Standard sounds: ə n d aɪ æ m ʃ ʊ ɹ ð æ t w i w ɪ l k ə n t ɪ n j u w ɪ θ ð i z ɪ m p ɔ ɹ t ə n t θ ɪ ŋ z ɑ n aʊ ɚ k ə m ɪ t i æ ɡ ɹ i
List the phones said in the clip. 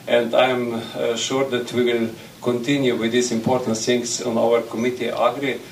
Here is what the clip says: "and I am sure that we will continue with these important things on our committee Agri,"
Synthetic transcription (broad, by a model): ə n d aɪ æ m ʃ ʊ ɹ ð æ t w i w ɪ l k ə n t ɪ n j u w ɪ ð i s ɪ m p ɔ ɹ t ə n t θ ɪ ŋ s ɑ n aʊ ɚ k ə m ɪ t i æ ɡ ɹ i